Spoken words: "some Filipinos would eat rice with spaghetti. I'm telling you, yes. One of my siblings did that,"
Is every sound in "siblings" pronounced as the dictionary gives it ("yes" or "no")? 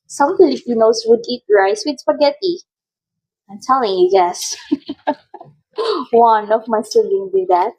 no